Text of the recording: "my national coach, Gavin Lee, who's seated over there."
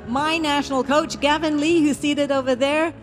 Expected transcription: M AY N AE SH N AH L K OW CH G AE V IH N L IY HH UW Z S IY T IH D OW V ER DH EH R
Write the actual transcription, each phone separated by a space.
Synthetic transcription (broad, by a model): M AY N AE SH N L K OW CH G AE V IH N L IY HH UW S IY T IH D OW V ER DH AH R